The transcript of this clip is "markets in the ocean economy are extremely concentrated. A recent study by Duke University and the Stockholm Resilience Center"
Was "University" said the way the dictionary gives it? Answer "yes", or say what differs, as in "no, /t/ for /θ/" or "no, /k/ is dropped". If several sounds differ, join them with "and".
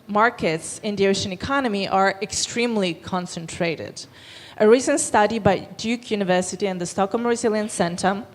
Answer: yes